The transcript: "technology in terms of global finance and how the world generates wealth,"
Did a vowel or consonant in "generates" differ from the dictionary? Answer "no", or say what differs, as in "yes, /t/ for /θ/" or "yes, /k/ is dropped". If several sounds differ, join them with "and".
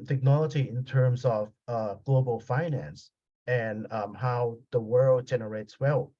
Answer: no